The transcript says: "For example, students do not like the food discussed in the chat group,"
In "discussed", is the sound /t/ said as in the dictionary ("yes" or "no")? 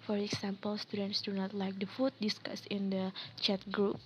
no